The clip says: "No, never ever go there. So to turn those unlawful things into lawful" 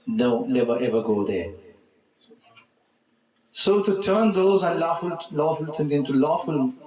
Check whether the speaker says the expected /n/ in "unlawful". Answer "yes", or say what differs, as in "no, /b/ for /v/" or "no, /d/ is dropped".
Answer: no, /l/ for /n/